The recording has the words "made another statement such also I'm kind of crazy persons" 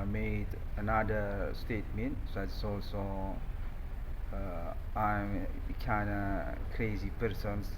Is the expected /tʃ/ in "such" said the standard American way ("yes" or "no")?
no